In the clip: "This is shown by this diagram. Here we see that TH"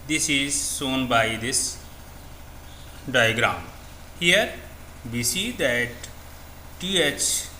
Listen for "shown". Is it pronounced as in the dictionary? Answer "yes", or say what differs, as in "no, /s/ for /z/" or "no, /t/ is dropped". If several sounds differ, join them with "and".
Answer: no, /s/ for /ʃ/